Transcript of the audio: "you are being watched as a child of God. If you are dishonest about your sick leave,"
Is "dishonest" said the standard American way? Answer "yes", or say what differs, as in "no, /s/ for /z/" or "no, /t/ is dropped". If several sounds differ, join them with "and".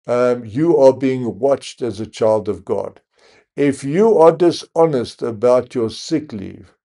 yes